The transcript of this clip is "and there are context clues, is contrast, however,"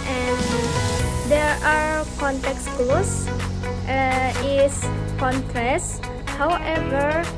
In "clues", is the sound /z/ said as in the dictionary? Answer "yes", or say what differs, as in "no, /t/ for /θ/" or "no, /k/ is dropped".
no, /z/ is dropped